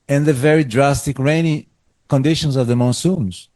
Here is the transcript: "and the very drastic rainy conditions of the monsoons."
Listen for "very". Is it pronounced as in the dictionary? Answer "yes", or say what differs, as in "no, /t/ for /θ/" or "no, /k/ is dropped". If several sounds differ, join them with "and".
yes